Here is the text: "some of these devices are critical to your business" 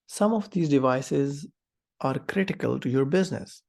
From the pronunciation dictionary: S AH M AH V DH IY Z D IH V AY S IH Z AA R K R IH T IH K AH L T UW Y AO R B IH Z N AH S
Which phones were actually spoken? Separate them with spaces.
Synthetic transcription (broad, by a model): S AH M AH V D IY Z D IH V AY S IH Z AA R K R IH T IH K AH L T UW Y AO R B IH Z N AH S